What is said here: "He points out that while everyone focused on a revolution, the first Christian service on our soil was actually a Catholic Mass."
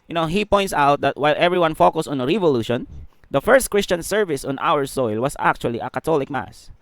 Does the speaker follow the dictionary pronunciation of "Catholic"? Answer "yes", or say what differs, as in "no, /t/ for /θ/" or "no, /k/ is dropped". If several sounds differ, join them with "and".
no, /t/ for /θ/